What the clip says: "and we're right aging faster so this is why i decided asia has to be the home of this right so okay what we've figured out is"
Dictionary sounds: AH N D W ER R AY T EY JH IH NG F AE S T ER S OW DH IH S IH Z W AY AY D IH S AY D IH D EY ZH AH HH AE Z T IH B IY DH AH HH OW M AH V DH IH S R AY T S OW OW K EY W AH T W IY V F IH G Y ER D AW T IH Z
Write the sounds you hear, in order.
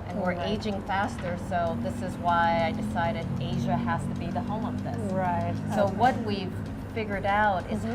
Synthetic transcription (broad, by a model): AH N W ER R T EY JH IH NG F AE S T ER S OW DH IH S IH Z W AY AY D IH S AY D IH D EY ZH AH HH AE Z T IH B IY DH AH HH OW M AH V DH IH S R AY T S OW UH W AH T W IY V F IH G Y ER D AW T IH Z